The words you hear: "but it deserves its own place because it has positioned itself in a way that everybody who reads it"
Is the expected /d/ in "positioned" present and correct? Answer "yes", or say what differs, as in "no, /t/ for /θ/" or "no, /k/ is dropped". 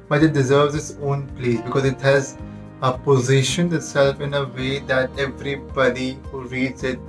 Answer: no, /d/ is dropped